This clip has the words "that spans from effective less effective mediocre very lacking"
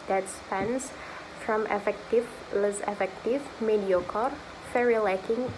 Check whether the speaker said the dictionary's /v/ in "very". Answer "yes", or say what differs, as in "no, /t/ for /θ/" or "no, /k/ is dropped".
no, /f/ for /v/